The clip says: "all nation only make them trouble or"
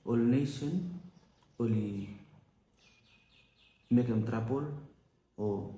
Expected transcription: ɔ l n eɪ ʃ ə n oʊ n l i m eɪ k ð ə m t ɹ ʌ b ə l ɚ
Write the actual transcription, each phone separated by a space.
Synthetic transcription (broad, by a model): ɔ l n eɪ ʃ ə n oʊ l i m eɪ k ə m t ɹ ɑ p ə l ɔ